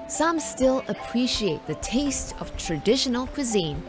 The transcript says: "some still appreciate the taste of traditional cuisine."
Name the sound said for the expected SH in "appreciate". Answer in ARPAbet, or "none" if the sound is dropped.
SH